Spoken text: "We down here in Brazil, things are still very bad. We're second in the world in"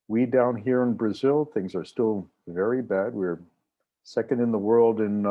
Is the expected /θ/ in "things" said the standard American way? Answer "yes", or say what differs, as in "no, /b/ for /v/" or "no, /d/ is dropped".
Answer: yes